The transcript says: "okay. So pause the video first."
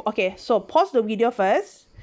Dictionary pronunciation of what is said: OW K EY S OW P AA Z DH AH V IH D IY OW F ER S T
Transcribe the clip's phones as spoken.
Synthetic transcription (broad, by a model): OW K EY S OW P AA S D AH W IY D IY OW F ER S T